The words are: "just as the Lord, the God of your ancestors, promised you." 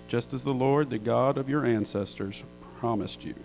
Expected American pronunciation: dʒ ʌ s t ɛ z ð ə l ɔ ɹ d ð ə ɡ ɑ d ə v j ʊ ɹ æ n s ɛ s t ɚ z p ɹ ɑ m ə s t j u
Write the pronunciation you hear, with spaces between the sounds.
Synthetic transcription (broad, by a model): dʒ ʌ s t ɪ z ð ə l ɔ ɹ d ð ə ɡ ɑ d ə v j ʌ ɹ æ n s ɛ s t ɚ z p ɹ ɑ m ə s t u